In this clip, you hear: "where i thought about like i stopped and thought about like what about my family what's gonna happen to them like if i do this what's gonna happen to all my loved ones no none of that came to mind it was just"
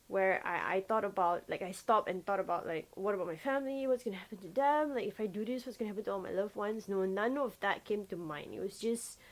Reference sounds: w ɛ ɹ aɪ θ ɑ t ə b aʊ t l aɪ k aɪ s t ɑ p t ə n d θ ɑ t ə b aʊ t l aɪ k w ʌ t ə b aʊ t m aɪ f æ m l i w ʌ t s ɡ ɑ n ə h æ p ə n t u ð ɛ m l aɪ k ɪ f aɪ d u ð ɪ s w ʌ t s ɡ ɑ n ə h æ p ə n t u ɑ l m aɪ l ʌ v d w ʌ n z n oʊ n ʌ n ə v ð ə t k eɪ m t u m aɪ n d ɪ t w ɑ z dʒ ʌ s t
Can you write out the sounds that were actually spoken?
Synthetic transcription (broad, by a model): w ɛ ɹ aɪ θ ɑ t ə b aʊ t l aɪ k aɪ s t ɑ p ə n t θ ɑ t ə b aʊ t l aɪ k w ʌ t ə b aʊ t m aɪ f æ m l i w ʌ t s ɡ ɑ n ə h æ p ə n t u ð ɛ m l aɪ k ɪ f aɪ d u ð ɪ s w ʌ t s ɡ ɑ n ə h æ p ə n t u ɑ l m aɪ l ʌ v w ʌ n s n oʊ n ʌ n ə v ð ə t k eɪ m t u m aɪ n ɪ t w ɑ s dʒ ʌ s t